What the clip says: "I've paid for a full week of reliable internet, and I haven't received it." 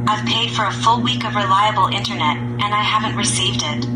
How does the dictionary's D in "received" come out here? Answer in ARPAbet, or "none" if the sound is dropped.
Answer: D